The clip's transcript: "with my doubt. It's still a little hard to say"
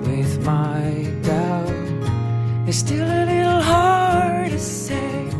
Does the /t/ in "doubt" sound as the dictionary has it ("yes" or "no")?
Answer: no